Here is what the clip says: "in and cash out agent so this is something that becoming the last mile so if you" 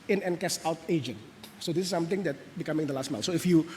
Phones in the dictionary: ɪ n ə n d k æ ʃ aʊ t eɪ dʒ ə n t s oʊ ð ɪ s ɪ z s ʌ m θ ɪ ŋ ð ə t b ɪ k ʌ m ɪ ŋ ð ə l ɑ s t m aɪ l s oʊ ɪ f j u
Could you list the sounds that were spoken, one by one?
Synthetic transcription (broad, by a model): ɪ n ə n k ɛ s aʊ t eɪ dʒ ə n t s oʊ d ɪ s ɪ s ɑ m t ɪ ŋ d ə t b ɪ k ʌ m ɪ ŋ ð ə l ɑ s t m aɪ n s oʊ ɪ f j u